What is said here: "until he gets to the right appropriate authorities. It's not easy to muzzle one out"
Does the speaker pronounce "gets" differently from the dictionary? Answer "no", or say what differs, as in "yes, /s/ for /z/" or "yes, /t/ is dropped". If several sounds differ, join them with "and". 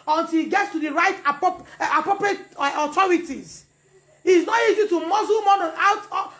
no